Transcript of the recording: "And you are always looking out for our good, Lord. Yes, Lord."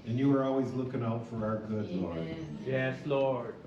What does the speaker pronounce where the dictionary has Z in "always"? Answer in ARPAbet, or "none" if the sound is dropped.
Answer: Z